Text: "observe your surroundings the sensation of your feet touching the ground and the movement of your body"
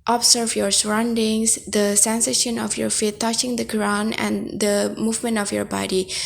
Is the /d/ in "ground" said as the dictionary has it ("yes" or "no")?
no